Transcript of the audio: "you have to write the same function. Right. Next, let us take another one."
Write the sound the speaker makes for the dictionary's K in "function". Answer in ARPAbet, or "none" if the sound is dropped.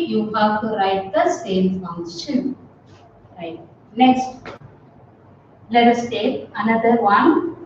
none